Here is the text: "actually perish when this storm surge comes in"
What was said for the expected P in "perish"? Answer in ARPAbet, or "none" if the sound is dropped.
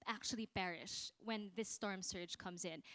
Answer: B